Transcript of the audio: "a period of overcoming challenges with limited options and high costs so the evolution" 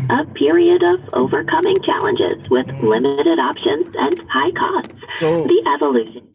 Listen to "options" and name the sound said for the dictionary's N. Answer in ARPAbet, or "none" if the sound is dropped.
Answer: N